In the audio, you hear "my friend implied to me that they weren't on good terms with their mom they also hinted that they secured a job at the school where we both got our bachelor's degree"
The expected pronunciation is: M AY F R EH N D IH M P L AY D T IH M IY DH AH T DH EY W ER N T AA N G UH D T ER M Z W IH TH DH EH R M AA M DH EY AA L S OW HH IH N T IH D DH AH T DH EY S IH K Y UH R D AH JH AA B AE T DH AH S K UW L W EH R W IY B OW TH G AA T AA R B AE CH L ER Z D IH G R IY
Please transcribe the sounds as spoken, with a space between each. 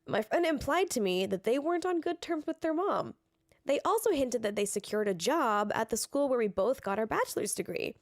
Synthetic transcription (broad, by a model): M AY F R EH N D IH M P L AY D T IH M IY DH AH T DH EY W ER N T N G UH D T ER M Z W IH DH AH R M AA M DH EY AA L S OW HH IH N T IH D DH AH T DH EY S IH K Y UH R D AH JH AA B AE T DH AH S K UW L W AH R W IY B OW TH G AA T AA R B AE CH L ER Z D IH G R IY